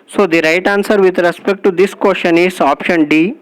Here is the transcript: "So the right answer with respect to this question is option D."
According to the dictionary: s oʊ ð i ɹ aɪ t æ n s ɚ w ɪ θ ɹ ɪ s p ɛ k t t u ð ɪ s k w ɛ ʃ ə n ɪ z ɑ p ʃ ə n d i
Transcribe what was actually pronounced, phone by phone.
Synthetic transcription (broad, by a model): s oʊ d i ɹ aɪ t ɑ n s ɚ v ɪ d ɹ ɪ s p ɛ k t t u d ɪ s k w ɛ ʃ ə n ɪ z ɑ p ʃ ə n d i